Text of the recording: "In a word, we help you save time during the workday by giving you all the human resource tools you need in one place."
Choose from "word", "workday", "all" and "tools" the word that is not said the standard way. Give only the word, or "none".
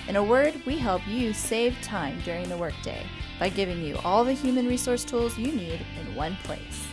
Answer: none